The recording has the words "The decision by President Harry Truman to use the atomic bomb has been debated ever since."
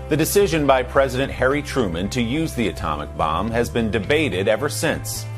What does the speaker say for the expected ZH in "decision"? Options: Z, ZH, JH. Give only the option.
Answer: ZH